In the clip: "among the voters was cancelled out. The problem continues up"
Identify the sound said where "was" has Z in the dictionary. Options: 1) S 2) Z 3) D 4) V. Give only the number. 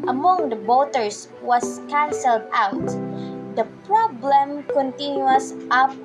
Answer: 1